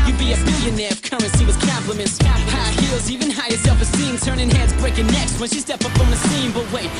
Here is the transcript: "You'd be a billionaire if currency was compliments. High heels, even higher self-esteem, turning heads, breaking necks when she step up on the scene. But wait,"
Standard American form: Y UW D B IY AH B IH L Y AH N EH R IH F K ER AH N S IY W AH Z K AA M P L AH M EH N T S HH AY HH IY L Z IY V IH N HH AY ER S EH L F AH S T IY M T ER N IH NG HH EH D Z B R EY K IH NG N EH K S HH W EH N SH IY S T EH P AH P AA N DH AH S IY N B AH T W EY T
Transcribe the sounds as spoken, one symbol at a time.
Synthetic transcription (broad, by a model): Y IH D B IY AH B IH L Y AH N EH R K ER AH N S IY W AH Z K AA M P L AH M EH N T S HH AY HH IY L Z IY V IH N HH AY ER S EH L F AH S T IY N T ER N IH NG HH EH D Z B R EY K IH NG N EH K S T W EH N SH IY S T EH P AH P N DH AH S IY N B AH T W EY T